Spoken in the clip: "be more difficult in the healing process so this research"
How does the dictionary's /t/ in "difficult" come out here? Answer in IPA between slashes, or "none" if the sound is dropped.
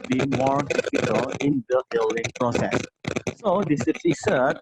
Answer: none